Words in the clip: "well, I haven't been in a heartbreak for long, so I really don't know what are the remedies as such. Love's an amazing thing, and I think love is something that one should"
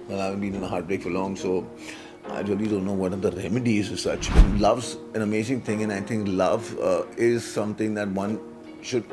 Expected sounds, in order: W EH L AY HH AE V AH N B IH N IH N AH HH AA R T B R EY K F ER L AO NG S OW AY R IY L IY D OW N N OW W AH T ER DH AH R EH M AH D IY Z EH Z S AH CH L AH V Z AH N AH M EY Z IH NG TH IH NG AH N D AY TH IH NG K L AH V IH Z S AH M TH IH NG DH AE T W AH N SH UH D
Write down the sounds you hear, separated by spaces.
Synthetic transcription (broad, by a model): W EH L AY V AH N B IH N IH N AH HH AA R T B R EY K F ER L AO NG S OW AY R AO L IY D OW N N OW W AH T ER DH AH R EH M AH D IY Z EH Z S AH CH L AH V Z AH N AH M EY Z IH NG T IH NG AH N AY T IH NG K L AH V IH Z S AH M T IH NG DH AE T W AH N SH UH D